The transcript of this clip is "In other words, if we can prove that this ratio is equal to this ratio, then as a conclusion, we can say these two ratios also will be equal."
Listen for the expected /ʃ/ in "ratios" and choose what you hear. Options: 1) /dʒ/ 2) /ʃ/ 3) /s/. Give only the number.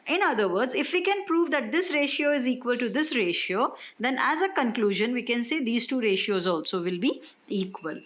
2